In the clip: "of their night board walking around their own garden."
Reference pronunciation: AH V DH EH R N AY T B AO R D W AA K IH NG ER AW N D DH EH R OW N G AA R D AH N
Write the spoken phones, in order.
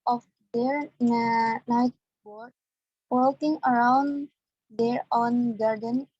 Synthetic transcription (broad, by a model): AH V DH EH R N AY T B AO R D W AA K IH NG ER AW N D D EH R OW N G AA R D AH N